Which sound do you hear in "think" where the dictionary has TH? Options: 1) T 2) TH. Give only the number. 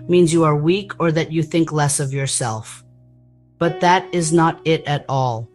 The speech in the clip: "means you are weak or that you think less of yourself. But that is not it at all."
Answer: 2